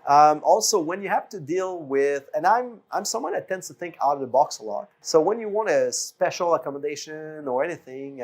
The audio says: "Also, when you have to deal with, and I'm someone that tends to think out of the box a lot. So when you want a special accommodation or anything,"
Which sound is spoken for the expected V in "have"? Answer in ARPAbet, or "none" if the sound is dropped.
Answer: F